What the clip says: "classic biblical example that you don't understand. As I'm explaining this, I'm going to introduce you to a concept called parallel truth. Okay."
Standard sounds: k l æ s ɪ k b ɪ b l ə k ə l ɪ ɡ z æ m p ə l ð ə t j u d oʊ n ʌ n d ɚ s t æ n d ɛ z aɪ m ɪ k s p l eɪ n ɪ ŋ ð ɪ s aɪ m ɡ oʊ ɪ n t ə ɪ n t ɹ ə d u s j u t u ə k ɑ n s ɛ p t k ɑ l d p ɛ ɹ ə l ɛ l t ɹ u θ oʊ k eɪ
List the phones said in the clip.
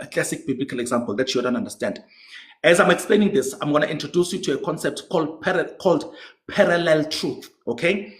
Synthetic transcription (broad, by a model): k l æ s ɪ k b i b l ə k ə l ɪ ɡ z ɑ m p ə l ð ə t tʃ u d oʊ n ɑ n d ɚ s t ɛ n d ɛ z aɪ m ɪ k s p l eɪ n ɪ ŋ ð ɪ s aɪ m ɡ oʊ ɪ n t ə n t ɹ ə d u s j u t u ə k ɑ n s ɛ p t k ɑ l d p ɛ ɹ ə l ɛ l t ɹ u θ oʊ k eɪ